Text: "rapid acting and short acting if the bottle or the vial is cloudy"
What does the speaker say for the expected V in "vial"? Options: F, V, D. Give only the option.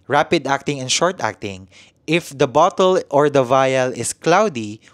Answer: V